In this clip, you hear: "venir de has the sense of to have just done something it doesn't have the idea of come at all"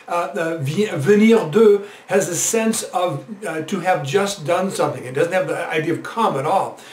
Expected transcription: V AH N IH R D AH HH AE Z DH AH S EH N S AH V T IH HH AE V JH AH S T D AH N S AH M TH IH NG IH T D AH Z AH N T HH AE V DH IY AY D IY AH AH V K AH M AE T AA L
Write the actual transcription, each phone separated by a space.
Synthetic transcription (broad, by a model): V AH N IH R D AH HH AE Z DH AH S EH N S AH V T IH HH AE V JH AH S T D AH N S AH M TH IH NG IH T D AH Z N T HH AE V DH IY AY D IY AH AH V K AH M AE T AA L